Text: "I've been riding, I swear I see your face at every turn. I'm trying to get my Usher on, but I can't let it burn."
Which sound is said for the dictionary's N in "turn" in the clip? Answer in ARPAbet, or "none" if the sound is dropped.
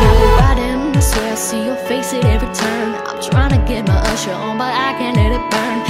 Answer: none